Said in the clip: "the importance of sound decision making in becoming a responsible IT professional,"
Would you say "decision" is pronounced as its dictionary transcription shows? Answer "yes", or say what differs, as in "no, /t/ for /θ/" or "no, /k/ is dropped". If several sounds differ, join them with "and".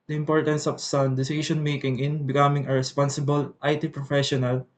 no, /ʃ/ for /ʒ/